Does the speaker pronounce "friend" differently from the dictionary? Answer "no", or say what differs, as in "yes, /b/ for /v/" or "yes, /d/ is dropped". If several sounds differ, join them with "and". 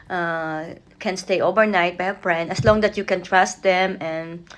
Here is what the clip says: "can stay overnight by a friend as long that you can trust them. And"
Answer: yes, /p/ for /f/